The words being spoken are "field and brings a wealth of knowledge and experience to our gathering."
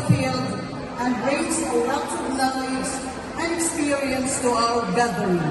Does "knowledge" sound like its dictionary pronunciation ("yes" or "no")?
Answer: no